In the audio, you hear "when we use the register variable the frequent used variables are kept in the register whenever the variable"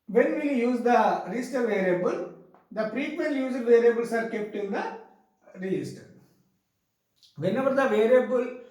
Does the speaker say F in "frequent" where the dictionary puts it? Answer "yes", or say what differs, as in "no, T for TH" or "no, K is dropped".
no, P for F